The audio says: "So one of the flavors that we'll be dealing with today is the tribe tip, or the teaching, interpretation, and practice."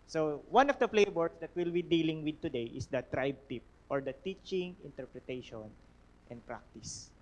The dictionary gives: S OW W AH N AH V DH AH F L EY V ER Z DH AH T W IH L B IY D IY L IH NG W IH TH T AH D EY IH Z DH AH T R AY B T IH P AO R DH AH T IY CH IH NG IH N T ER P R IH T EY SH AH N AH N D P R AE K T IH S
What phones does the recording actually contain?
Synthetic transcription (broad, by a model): S OW W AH N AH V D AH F L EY B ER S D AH T W IH L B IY D IY L IH NG W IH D T AH D EY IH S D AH T R AY B T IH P AO R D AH T IY CH IH NG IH N T ER P R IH T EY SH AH N AH N D P R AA K T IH S